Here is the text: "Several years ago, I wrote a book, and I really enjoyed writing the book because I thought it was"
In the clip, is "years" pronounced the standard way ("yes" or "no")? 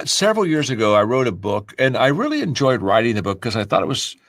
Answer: yes